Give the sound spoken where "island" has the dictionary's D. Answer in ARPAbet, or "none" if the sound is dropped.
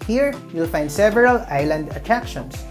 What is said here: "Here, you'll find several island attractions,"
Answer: D